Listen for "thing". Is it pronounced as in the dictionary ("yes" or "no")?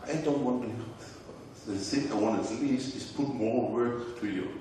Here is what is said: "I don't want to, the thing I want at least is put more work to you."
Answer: no